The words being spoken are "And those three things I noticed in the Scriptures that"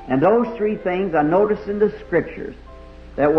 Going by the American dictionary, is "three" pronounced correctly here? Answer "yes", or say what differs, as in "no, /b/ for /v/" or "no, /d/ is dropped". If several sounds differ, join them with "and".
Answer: yes